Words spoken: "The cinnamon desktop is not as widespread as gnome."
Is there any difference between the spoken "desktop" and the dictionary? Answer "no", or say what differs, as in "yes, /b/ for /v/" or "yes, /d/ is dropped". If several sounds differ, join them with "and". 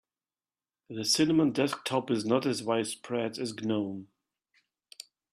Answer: no